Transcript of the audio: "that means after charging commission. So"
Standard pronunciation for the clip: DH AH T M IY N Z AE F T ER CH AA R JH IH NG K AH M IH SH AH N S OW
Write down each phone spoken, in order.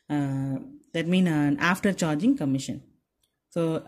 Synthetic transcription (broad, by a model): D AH T M IY N AA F T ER CH AA R JH IH NG K AH M IH SH AH N S OW